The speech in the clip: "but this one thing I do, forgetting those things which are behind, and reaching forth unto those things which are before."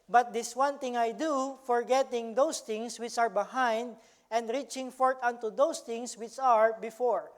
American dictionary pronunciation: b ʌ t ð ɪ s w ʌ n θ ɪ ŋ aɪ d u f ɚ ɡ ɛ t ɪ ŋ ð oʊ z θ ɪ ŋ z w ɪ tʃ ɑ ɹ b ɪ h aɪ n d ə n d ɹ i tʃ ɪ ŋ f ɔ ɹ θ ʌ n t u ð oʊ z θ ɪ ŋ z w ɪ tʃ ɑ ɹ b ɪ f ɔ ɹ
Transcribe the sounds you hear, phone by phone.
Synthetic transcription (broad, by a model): b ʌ t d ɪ s w ʌ n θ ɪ ŋ aɪ d u f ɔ ɡ ɛ t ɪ ŋ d oʊ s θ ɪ ŋ s w ɪ tʃ ɑ ɹ b ɪ h aɪ n d ə n d ɹ i tʃ ɪ ŋ f ɔ ɹ t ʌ n t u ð oʊ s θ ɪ ŋ s w ɪ tʃ ɑ ɹ b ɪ f ɔ ɹ